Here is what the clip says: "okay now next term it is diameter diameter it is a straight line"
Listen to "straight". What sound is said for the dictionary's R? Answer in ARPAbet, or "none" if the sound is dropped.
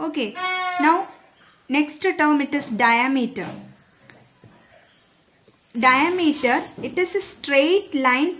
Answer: R